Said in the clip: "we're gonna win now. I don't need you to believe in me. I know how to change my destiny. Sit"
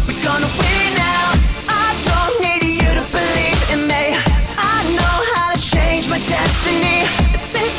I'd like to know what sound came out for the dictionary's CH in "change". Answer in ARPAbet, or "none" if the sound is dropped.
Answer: CH